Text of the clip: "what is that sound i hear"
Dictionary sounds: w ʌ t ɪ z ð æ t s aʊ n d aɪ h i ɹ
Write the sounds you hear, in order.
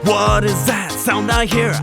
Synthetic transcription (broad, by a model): w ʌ t ɪ z ð æ t s aʊ n d aɪ h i ɹ